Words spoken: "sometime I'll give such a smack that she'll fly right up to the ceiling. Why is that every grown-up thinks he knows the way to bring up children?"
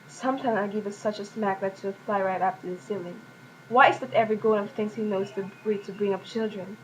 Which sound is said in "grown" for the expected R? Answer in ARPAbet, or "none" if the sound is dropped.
none